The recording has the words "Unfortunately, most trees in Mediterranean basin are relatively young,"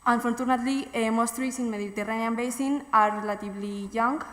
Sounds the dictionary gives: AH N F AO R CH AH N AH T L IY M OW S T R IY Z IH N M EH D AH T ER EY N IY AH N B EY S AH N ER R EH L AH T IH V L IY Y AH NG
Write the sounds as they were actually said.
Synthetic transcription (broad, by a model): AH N F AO R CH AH N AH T L IY M OW S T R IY S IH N M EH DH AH T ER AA N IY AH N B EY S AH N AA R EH L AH T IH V L IY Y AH NG